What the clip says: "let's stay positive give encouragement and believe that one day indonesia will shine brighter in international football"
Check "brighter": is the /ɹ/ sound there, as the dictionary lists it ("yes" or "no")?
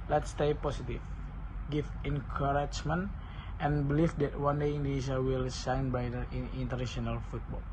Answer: no